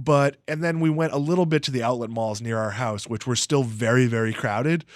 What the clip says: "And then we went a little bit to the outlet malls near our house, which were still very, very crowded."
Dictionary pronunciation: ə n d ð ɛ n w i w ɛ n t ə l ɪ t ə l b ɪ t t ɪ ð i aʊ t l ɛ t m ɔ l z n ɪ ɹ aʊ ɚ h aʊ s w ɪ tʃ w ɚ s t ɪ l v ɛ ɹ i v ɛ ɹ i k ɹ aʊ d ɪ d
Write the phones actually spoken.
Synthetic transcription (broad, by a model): ə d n ð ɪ n w i w ɛ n t ə l ɪ t l b ɪ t t ɪ ð i aʊ t l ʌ t m ɔ l z n ɪ ɹ aʊ ɚ h aʊ s w ɪ tʃ w ɚ s t ɪ l v ɛ ɹ i v ɛ ɹ i k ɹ aʊ d ɪ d